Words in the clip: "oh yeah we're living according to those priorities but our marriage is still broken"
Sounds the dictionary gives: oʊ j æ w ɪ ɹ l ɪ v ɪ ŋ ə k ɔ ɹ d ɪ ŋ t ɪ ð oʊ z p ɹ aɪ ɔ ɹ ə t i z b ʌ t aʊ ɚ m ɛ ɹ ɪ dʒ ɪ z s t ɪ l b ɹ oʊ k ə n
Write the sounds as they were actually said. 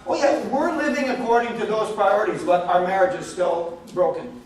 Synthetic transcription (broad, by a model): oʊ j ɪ w ɪ ɹ l ɪ v ɪ ŋ ə k ɔ ɹ d ɪ ŋ t ɪ ð oʊ z p ɹ aɪ ɔ ɹ ə t i z b ʌ t aʊ ɚ m ɛ ɹ ɪ dʒ ɪ z s t ɪ l b ɹ oʊ k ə n